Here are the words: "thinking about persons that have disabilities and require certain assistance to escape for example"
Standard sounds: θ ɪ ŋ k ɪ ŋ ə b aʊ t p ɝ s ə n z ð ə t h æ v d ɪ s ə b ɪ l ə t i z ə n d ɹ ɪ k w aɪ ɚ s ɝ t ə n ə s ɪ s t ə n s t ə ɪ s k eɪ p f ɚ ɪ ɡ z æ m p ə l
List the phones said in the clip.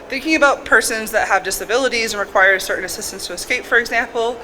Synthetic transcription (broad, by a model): θ ɪ ŋ k ɪ ŋ ə b aʊ t p ɝ s ə n z ð ə t h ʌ v d ɪ s ə b ɪ l ə t i z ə n ɹ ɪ k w aɪ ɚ s ɝ t n ə s ɪ s t ə n s t ə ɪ s k eɪ p f ɚ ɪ ɡ z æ m p l